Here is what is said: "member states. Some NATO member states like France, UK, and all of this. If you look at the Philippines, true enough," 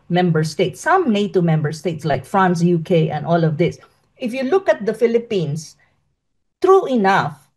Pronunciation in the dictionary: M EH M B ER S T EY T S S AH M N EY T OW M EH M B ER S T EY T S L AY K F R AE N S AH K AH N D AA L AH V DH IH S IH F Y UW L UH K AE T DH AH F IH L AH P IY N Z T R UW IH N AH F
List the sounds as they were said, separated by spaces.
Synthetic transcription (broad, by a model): M EH M B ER S T EY T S S AH M N EY T OW M EH M B ER S T EY T S L AY K F R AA N S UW K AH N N AA L AH V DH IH S IH F Y UW L UH K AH T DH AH F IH L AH P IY N S T R UW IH N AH F